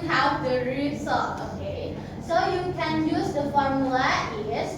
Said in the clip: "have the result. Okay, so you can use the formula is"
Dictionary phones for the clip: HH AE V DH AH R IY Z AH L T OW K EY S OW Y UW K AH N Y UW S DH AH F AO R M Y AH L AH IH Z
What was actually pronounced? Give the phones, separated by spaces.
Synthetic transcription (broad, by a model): HH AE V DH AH R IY S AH T OW K EY S OW Y UW K AH N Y UW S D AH F AO R M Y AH L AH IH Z